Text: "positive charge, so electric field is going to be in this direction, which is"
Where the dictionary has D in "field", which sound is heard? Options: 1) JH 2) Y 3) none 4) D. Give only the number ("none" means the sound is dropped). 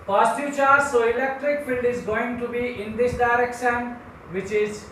4